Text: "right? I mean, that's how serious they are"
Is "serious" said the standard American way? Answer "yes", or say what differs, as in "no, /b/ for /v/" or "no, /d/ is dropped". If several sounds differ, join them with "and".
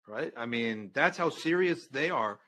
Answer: yes